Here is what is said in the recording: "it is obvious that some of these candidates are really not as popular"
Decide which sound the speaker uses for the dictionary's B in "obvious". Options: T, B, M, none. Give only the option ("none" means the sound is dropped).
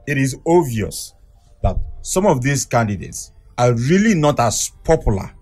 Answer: none